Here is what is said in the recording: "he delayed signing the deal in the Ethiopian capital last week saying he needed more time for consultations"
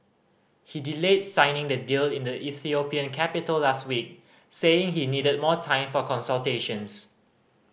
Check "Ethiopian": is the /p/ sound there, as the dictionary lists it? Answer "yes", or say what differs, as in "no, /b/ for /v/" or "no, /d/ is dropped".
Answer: yes